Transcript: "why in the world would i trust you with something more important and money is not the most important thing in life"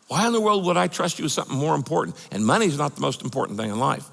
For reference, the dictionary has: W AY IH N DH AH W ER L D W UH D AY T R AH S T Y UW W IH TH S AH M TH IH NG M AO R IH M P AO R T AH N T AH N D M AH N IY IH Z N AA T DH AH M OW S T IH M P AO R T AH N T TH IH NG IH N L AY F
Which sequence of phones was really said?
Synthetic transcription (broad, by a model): W AY IH N DH AH W ER L D W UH D AY T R AH S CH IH S AH M TH IH NG M AO R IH M P AO R T N T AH N M AH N IY IH Z N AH T DH AH M OW S T M P AO R T N TH IH NG IH N L AY F